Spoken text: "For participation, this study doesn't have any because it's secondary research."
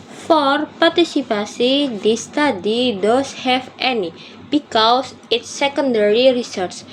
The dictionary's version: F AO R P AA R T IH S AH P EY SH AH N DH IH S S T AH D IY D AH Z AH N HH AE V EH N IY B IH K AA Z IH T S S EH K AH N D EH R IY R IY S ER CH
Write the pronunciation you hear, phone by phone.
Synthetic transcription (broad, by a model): F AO R P AA R T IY S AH P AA S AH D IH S S T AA D IY D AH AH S HH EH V EH N IY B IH K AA S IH T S S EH K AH N D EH R IY R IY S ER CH